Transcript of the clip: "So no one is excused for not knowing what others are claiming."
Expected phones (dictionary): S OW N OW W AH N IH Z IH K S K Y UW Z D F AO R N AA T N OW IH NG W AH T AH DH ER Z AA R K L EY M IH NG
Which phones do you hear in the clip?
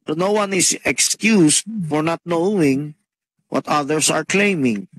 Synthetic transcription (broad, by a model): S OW N OW W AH N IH S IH K S K Y UW S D F AO R N AA T N OW IH NG W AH T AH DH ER S AA R K L EY M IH NG